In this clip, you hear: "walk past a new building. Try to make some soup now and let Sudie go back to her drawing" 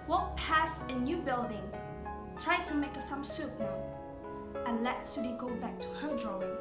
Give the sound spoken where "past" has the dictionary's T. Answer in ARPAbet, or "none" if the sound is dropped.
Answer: none